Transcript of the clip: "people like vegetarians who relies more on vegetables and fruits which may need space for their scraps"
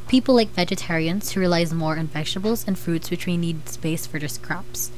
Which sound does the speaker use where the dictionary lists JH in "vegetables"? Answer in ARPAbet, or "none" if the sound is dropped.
SH